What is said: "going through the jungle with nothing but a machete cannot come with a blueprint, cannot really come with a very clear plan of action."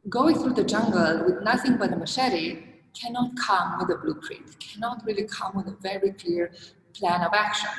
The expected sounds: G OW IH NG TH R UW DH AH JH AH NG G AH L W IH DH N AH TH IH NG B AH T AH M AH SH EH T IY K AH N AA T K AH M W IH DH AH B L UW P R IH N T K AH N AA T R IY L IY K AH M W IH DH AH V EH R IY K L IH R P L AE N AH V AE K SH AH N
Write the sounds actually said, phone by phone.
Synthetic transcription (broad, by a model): G OW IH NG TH R UW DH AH JH AH NG G AH L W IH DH N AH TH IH NG B AH T AH M AH SH EH T IY K AH N AA T K AH M W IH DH AH B L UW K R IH T K AH N AA T R IY L IY K AH M W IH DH AH V EH R IY K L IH R P L AE N AH V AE K SH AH N